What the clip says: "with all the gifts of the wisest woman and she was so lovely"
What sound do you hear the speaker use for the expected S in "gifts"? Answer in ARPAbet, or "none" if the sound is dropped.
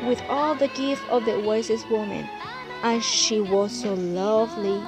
none